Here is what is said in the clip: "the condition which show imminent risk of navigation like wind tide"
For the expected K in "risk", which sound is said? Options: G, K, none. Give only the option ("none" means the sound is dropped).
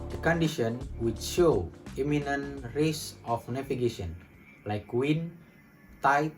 none